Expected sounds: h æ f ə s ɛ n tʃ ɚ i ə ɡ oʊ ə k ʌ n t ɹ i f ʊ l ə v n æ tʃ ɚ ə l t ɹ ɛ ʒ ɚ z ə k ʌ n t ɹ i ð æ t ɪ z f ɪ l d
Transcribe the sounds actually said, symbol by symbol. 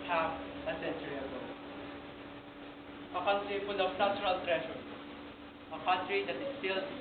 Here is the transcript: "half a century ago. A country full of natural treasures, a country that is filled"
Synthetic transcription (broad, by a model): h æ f ə s ɛ n tʃ ɚ i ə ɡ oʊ ə k ʌ n t ɹ i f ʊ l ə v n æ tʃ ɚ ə l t ɹ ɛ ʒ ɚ ə k ʌ n t ɹ i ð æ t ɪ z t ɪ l